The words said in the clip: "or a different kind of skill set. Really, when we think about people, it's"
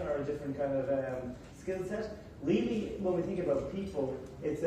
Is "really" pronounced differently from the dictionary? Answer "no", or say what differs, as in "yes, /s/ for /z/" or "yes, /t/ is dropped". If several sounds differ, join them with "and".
yes, /l/ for /ɹ/